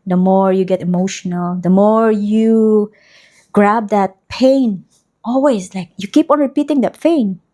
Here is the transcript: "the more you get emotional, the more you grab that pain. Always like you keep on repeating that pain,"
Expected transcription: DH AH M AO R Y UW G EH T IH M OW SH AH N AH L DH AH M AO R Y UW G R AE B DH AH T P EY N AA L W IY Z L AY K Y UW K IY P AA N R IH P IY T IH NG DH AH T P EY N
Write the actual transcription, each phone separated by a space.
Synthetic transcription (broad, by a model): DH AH M AO R Y UW G EH T IH M OW SH AH N AH L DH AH M AO R Y UW G R AE B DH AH T P EY N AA L W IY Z L AY K Y UW K IY P AA N R IH P IY T IH NG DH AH T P EY N